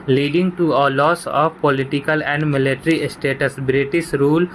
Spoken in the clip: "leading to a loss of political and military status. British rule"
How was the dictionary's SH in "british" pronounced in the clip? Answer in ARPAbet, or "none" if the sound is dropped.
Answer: S